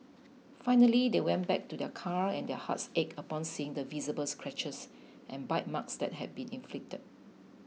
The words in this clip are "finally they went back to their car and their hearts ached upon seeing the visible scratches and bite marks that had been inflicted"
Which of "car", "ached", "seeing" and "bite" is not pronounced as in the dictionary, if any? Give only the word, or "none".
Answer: ached